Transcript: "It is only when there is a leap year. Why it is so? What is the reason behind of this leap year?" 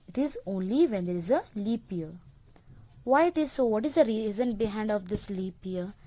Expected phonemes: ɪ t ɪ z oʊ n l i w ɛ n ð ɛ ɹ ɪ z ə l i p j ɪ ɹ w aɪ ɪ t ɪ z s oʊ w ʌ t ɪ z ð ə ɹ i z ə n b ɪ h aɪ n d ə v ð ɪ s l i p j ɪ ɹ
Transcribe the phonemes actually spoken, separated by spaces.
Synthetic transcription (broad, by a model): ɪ t ɪ z oʊ n l i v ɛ n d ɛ ɹ ɪ z ə l i p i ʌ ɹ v aɪ ɪ t ɪ z s oʊ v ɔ t ɪ z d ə ɹ i z ə n b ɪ h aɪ n d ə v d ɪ s l i p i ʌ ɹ